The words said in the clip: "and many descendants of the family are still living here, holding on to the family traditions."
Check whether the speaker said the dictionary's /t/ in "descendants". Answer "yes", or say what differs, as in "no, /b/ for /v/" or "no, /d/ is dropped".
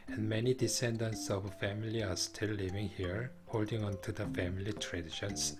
yes